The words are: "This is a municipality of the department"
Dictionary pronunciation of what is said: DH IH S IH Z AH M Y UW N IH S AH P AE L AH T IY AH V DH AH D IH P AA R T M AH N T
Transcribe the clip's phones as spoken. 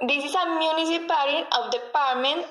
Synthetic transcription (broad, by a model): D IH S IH S AH M Y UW N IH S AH P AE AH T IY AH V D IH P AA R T M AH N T